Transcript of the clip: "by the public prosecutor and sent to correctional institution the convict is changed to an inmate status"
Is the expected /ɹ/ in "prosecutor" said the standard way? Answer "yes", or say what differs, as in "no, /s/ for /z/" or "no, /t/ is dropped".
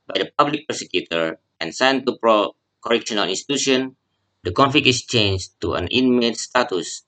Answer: no, /ɹ/ is dropped